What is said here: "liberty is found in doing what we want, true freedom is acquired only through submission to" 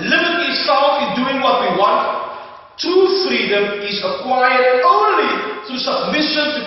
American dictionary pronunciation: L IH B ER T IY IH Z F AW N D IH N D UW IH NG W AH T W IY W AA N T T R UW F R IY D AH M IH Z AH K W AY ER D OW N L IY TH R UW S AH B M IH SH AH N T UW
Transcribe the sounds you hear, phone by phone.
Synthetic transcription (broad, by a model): L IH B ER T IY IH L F IH N D UW IH NG W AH T W IY W AA N T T UW F R IY D AH M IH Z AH K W AY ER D OW N L IY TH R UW S AH B M IH SH AH N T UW